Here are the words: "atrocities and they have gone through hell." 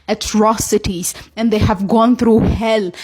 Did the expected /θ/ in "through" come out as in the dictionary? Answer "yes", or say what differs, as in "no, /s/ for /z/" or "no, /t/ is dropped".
no, /t/ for /θ/